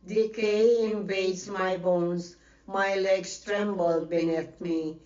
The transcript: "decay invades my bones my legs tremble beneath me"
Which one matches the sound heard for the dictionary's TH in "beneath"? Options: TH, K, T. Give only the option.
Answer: T